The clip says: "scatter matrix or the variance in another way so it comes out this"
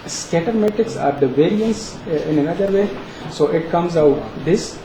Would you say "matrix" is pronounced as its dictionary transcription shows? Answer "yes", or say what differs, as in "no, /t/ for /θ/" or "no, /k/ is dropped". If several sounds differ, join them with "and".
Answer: no, /ɹ/ is dropped